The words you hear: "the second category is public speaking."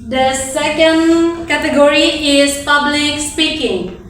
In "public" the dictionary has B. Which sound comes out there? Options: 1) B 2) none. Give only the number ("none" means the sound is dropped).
1